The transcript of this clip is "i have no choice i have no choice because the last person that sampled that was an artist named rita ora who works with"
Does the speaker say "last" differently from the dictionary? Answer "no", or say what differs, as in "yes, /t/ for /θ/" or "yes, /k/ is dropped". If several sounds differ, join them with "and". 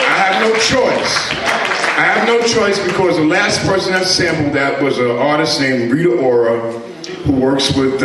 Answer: no